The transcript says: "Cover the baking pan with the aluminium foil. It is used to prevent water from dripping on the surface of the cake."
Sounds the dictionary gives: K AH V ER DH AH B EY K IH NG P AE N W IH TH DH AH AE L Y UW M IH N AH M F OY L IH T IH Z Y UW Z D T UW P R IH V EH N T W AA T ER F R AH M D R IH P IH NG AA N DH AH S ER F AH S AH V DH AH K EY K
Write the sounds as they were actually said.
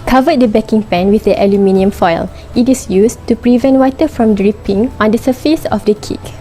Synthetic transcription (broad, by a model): K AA V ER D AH B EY K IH NG P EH N W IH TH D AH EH L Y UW M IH N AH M F OY L IH T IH S Y UW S T UW P R IH V EH N T W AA T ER F R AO M D R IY P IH NG AA N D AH S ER F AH S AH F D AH K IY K